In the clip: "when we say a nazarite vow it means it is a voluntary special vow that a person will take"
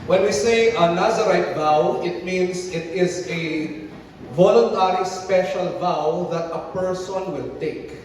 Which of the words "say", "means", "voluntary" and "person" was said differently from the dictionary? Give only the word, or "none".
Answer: means